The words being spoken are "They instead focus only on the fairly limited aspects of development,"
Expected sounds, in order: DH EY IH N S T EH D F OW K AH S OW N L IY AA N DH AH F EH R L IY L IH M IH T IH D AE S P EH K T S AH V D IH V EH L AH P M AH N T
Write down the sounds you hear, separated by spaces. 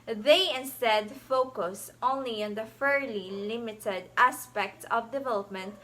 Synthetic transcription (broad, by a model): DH EY IH N S T EH D F OW K AH S OW N L IY AA N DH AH F EH R L IY L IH M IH T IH D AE S P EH K T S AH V D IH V EH L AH P M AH N T